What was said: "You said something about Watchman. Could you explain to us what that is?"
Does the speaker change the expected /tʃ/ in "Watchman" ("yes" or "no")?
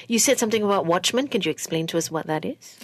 no